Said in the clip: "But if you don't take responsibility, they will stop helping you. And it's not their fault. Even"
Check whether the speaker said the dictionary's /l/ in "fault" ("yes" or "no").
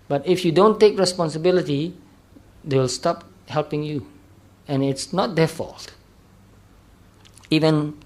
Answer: yes